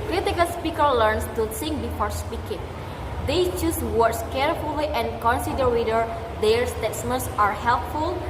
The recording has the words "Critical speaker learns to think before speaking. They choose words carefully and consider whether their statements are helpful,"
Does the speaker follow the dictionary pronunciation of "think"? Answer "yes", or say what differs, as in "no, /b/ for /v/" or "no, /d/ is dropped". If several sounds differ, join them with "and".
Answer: no, /s/ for /θ/